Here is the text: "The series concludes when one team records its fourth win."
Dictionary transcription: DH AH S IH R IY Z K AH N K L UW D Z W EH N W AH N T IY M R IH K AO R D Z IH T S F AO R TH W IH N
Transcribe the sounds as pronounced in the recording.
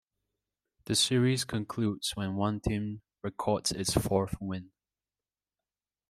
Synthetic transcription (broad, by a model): DH AH S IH R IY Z K AH N K L UW D Z W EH N W AH N T IY M R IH K AO R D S IH T S F AO R TH W IH N